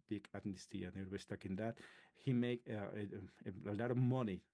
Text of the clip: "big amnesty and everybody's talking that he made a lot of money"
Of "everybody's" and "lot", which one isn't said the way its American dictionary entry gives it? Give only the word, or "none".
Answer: everybody's